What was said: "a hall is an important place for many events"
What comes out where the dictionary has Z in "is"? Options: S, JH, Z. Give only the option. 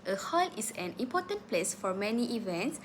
S